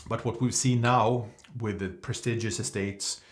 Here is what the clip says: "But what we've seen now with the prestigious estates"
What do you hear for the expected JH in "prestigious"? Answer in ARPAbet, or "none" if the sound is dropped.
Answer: JH